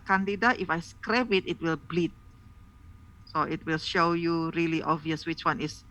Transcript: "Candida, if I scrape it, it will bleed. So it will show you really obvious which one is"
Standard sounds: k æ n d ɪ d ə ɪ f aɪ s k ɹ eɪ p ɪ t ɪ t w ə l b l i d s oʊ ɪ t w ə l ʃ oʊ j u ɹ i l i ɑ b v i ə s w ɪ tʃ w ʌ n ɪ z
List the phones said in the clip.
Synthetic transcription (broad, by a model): k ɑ n d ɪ d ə ɪ f aɪ s k ɹ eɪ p ɪ t ɪ t w ə l b l i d s oʊ ɪ t w ə l ʃ oʊ j u ɹ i l i ɑ v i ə s w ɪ tʃ w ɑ n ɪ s